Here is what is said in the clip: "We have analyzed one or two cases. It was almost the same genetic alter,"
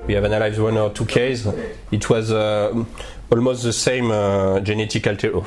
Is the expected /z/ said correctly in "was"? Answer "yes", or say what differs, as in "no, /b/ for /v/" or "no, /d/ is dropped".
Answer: yes